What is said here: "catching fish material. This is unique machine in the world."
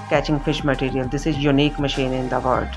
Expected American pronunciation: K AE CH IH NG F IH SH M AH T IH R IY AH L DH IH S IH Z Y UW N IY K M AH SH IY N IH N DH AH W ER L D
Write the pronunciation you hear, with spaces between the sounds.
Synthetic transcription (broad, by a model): K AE CH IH NG F IH SH M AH T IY R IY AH L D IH S IH Z Y UW N IY K M AH SH IY N IH N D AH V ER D